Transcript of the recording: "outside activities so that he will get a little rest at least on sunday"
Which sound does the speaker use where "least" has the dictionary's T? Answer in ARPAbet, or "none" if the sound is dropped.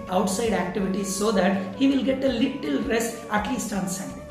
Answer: T